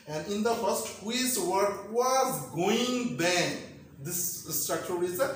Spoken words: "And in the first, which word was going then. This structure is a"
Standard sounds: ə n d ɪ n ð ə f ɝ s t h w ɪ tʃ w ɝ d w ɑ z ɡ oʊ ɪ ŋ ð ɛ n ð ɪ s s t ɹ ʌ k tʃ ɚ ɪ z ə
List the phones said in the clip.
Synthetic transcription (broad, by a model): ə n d ɪ n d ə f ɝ s t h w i s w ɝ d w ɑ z ɡ oʊ ɪ ŋ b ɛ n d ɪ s s t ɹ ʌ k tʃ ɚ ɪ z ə